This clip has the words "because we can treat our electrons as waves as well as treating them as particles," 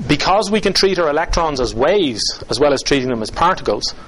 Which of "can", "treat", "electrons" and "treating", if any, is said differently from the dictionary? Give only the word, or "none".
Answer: none